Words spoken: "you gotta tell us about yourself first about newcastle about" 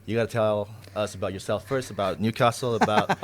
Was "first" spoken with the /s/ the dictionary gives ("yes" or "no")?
yes